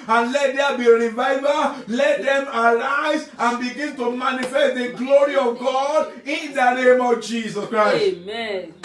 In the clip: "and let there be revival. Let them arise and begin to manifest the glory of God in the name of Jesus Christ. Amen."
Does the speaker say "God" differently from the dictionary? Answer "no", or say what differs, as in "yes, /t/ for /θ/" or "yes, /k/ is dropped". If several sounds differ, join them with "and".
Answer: no